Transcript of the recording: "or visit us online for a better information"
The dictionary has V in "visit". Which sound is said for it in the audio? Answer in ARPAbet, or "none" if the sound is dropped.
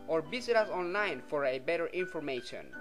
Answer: B